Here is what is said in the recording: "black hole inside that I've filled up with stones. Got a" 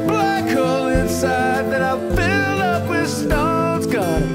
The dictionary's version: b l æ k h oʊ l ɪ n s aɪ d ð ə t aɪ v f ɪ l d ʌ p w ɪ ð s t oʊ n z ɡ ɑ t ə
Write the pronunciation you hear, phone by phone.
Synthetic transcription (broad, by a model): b l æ k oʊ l ɪ n s aɪ d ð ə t aɪ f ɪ l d ʌ p w ɪ ð s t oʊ z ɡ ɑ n